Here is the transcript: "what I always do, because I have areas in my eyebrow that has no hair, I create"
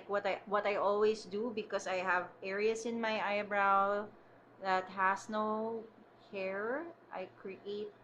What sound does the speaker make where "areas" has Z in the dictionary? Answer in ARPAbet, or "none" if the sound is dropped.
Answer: S